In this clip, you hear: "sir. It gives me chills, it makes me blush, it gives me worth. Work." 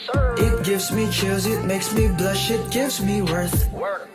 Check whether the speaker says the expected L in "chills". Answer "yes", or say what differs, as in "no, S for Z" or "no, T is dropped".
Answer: no, L is dropped